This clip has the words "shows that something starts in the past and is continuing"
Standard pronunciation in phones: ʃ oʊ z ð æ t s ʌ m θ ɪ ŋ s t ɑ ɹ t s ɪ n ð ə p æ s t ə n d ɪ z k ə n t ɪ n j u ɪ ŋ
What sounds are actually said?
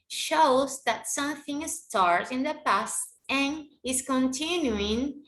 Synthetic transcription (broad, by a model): ʃ oʊ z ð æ t s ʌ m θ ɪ ŋ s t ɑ ɹ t ɪ n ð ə p æ s t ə n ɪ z k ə n t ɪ n j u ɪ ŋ